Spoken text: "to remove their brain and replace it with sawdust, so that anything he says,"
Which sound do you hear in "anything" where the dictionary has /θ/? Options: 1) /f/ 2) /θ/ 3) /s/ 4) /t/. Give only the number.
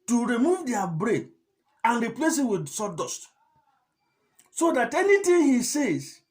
4